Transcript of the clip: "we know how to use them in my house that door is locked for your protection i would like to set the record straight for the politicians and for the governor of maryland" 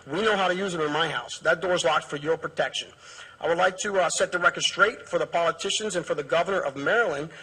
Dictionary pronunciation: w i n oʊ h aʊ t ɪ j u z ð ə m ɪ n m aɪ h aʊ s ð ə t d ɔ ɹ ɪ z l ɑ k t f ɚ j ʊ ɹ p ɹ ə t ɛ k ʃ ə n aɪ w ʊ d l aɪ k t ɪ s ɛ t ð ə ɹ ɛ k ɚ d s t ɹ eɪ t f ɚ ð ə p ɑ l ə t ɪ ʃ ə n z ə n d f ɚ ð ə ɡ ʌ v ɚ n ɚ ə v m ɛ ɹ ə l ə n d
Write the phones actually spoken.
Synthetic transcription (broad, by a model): w i n oʊ h aʊ t ɪ j u z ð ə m ɪ n m aɪ h aʊ s ð ə t d ɔ ɹ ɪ z l ɑ k t f ɚ j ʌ ɹ p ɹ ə t ɛ k ʃ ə n aɪ w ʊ d l aɪ k t ɪ s ɛ t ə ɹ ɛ k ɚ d s t ɹ eɪ t f ɚ ð ə p ɑ l ə t ɪ ʃ ə n z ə n f ɚ ð ə ɡ ʌ v ɚ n ɚ ə v m ɛ ɹ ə l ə n